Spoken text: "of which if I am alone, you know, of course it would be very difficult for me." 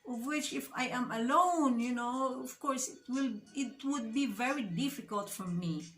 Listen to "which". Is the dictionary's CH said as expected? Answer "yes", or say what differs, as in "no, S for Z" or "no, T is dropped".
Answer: yes